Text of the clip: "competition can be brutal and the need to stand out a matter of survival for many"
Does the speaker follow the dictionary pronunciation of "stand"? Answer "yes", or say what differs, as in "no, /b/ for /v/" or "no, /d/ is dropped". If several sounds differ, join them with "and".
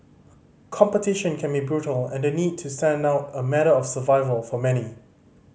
yes